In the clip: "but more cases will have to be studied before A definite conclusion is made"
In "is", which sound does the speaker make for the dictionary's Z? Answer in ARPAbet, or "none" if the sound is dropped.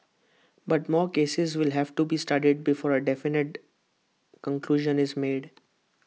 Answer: Z